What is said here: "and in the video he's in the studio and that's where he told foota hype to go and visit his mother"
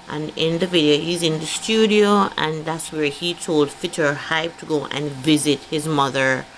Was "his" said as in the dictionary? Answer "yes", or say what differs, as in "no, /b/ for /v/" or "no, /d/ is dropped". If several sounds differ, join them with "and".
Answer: yes